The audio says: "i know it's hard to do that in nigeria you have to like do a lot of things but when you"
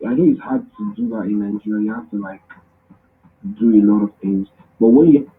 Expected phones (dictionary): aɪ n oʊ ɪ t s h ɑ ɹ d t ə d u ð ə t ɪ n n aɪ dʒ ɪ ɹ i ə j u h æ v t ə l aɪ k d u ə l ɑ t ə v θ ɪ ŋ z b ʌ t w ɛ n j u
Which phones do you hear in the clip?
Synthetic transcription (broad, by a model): aɪ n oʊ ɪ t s h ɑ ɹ d t ə d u ð ə t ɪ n n aɪ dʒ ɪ ɹ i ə j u h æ f t ə l aɪ k d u ə l ɑ t ə v θ ɪ ŋ z b ʌ t w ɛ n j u